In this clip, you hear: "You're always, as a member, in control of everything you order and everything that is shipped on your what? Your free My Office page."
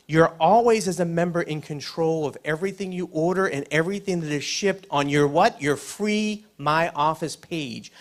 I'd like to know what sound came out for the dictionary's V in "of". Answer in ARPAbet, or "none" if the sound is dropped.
V